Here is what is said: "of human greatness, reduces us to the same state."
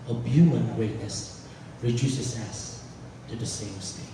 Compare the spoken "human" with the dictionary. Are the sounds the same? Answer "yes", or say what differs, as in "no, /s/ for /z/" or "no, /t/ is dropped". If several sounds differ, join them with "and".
no, /m/ is dropped